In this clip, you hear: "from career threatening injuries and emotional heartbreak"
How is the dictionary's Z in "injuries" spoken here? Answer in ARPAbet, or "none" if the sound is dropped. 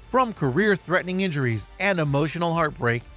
Z